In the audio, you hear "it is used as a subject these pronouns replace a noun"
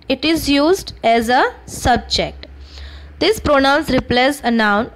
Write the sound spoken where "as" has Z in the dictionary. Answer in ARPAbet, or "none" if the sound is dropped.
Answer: Z